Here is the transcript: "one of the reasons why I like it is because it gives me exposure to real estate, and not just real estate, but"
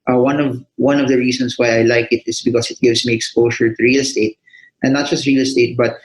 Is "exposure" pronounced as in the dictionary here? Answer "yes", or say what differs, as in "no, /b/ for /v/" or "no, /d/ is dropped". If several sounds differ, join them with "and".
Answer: no, /ʃ/ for /ʒ/